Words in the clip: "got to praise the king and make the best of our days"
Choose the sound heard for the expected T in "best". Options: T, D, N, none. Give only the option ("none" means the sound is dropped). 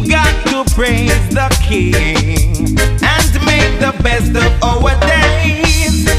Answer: T